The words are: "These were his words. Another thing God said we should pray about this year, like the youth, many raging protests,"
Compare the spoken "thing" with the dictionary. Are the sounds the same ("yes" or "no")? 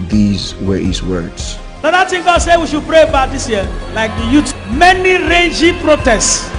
no